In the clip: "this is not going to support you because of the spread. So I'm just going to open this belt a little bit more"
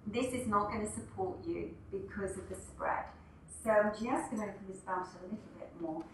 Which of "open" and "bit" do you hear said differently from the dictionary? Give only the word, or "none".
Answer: open